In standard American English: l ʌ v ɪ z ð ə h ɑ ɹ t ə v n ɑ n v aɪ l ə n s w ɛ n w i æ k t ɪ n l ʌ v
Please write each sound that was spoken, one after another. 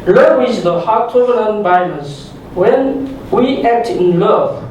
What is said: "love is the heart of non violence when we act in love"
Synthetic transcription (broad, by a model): l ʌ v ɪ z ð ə h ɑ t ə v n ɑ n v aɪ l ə s w ɛ n w i æ k t ɪ n l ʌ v